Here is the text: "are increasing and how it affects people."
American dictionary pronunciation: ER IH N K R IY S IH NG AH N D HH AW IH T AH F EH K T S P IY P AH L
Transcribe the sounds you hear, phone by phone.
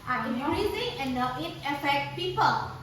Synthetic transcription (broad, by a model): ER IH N R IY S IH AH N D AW IH T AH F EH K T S P IY P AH L